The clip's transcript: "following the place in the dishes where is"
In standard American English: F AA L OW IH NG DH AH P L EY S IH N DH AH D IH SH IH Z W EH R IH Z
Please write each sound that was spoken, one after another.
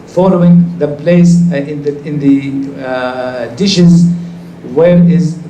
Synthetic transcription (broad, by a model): F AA L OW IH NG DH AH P L EY S IH N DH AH D IH SH IH Z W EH R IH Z